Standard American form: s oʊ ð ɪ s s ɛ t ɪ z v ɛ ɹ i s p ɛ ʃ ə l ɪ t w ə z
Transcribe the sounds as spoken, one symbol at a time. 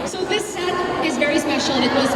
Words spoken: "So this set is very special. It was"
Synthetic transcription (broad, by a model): s oʊ ð ɪ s s ɛ t ɪ z v ɛ ɹ i s p ɛ ʃ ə n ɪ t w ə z